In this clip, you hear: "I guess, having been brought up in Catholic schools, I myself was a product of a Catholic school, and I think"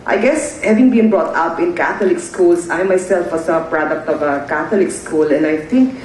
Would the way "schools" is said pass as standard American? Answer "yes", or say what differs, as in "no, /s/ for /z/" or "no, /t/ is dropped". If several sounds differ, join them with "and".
no, /s/ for /z/